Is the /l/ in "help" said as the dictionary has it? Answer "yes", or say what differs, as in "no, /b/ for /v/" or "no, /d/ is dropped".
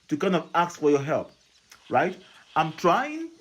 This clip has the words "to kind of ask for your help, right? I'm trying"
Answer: yes